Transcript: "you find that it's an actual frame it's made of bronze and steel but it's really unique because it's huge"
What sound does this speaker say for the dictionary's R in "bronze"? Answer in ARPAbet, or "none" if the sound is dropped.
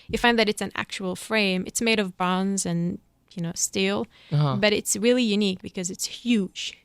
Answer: none